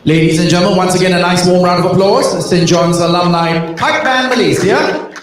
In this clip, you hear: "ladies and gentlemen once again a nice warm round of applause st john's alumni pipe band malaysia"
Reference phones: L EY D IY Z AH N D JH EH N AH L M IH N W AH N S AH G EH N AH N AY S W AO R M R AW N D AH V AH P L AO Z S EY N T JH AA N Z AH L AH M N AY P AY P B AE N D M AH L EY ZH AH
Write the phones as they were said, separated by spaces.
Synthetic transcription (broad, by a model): L EY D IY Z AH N JH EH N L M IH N W AH N S AH G EH N AH N AY S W AO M R AW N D AH V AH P L AO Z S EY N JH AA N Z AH L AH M L AY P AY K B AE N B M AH L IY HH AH